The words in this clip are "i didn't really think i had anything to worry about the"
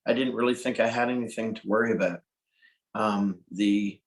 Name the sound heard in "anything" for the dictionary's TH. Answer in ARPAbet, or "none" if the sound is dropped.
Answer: TH